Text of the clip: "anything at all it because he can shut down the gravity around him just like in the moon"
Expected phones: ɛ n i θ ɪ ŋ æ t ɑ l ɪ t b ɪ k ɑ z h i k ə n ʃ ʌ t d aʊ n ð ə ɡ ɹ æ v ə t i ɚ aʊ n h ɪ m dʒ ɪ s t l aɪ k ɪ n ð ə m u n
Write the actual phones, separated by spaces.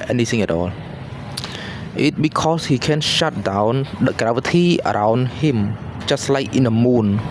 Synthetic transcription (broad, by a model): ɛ n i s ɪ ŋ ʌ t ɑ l ɪ t b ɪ k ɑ s h i k ə n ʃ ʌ t d aʊ n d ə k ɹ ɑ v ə t i ɚ aʊ n h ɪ m tʃ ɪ s l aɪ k ɪ n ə m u n